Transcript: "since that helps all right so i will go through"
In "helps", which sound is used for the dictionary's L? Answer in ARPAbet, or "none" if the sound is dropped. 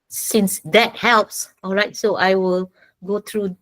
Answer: L